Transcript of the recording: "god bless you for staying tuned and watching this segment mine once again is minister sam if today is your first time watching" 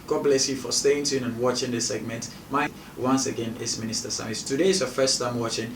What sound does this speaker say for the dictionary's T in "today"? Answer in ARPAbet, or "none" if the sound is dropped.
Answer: T